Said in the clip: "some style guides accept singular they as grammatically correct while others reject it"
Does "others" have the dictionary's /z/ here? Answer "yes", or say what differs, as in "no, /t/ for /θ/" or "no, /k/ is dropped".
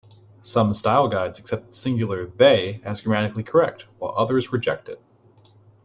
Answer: yes